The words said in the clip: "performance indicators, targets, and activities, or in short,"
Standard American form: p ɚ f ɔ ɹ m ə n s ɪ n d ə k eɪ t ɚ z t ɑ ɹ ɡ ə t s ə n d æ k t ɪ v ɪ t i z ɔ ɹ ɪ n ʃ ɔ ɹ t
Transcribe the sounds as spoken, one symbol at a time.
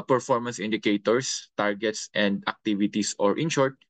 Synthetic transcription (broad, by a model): p ɚ f ɔ ɹ m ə n s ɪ n d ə k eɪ t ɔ s t ɑ ɹ ɡ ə t s ə n d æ k t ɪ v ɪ t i s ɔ ɹ ɪ n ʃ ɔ ɹ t